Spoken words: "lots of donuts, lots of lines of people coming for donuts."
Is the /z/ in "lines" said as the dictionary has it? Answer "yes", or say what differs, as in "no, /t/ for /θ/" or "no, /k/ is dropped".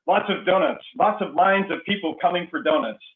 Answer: yes